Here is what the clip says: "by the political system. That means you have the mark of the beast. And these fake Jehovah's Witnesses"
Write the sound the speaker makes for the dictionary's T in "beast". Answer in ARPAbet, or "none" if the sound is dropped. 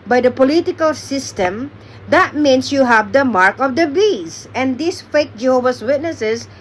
none